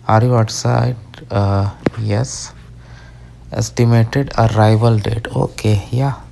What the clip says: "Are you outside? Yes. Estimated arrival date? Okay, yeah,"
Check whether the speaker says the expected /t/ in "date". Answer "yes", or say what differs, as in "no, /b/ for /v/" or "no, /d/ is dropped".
yes